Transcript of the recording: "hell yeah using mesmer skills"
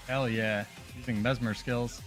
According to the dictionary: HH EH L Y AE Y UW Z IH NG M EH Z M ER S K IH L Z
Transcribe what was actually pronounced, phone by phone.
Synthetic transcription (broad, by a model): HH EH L Y AE Y UW Z IH NG M EH Z M ER S K IH L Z